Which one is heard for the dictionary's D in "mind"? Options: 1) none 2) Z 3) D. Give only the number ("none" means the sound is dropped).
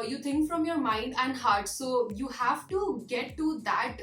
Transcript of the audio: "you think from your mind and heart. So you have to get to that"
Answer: 3